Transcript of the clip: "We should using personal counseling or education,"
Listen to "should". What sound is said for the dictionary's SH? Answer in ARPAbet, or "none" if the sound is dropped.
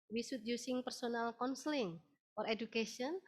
S